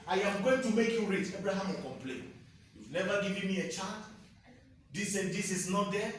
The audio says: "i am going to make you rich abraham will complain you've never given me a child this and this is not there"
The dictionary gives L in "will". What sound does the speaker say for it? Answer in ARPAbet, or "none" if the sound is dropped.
N